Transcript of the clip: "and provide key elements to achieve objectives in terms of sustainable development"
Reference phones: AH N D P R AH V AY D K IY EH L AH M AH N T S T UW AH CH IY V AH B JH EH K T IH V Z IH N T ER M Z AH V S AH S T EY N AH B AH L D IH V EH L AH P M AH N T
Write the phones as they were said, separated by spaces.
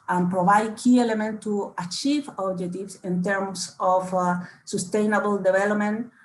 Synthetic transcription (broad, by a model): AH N P R AH V AY D K IY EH L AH M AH N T T UW AH CH IY V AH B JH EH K T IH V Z IH N T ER M S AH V S AH S T EY N AH B AH L D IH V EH L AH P M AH N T